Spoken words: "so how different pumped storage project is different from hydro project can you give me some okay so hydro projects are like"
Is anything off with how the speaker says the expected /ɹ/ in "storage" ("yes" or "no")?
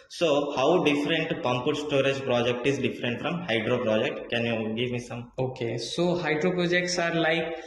no